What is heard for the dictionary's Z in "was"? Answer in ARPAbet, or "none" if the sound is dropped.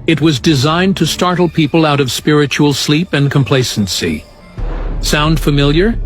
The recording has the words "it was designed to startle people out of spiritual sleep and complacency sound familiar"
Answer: Z